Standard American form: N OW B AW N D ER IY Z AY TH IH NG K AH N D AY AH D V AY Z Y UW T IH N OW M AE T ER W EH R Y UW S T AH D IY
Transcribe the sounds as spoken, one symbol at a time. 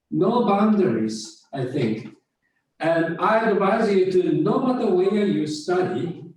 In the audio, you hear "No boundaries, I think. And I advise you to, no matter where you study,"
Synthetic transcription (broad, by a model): N OW B AW N D ER IY Z AY TH IH NG K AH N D AY AH D V AY Z Y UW T IH N OW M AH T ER W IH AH Y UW S T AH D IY